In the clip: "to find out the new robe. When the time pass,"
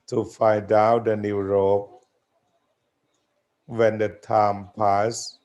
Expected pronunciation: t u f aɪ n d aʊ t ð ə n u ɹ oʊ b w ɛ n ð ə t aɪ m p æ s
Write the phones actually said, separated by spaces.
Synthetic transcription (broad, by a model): t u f aɪ d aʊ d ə n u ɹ oʊ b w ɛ n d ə t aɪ m p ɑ s